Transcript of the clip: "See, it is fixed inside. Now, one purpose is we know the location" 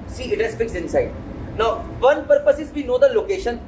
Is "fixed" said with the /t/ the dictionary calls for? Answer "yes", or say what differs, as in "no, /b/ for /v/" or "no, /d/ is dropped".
no, /t/ is dropped